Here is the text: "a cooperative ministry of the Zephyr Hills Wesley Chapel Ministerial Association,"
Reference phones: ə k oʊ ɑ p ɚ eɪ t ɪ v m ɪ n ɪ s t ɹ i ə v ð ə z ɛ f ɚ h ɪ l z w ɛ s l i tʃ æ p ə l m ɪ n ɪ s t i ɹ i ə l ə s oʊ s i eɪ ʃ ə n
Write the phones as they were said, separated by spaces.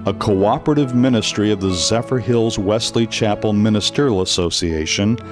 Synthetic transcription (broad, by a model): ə k oʊ ɑ p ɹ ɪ t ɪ v m ɪ n ɪ s t ɹ i ə v ð ə z ɛ f ɚ h ɪ l z w ɛ s l i tʃ æ p l m ɪ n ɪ s t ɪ ɹ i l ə s oʊ s i eɪ ʃ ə n